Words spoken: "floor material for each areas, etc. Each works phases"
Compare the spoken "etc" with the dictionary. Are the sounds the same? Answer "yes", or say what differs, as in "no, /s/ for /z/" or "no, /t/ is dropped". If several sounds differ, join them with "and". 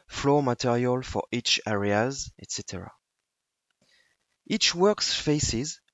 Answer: yes